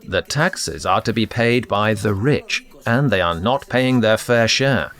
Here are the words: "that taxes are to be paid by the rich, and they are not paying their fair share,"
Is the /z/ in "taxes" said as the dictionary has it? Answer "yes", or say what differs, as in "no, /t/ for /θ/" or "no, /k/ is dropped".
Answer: yes